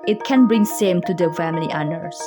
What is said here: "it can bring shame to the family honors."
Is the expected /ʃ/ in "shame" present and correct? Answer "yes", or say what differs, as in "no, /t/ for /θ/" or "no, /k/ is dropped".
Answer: no, /s/ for /ʃ/